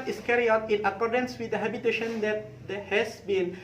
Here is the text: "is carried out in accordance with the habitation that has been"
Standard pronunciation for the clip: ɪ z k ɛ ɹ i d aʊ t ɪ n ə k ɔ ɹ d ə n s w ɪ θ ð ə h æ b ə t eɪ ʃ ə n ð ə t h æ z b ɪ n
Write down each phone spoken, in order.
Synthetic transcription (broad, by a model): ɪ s k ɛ ɹ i aʊ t ɪ n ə k ɔ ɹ d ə n s w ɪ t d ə h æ b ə t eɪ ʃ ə n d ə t h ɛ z b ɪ n